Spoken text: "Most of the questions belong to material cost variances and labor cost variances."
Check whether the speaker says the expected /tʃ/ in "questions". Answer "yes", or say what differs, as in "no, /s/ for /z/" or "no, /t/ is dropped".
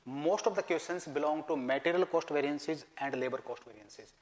no, /tʃ/ is dropped